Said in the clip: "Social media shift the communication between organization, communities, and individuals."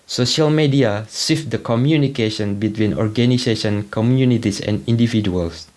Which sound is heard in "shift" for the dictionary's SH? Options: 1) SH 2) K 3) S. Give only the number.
3